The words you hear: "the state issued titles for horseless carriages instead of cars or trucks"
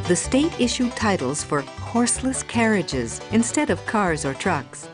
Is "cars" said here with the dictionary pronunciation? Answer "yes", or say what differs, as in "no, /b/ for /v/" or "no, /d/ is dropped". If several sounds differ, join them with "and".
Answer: yes